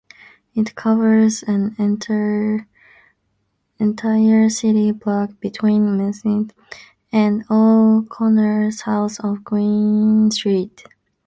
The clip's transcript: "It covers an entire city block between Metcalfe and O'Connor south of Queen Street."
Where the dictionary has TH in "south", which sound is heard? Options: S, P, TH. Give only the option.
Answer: S